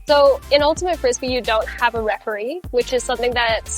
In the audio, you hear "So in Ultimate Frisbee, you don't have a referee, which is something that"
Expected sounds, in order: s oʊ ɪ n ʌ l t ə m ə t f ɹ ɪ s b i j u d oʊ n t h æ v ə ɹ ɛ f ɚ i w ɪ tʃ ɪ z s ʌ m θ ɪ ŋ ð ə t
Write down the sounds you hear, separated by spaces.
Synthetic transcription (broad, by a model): s oʊ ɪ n ʌ l t ə m ə t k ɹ ɪ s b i j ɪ d oʊ n t h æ v ə ɹ ɛ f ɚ i w ɪ tʃ ɪ z s ʌ m θ ɪ ŋ ð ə t